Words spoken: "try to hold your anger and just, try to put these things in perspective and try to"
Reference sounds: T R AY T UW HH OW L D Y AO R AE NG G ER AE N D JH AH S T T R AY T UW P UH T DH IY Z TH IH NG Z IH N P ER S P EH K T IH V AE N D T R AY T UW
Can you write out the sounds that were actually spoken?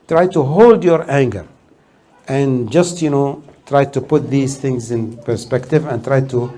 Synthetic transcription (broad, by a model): T R AY T UW HH OW L D Y AO R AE NG G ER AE N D JH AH S T T R AY T UW P UH T DH IY Z TH IH NG Z IH N P ER S P EH K T IH V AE N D T R AY T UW